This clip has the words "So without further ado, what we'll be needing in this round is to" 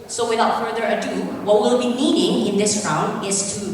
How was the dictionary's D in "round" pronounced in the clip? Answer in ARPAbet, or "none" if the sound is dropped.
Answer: D